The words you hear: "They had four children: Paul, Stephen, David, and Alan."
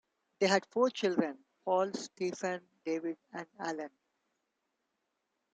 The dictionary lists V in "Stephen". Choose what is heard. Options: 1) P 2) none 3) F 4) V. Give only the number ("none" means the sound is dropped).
3